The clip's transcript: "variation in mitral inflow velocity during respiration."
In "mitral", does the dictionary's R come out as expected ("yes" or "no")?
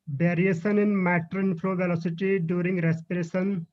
no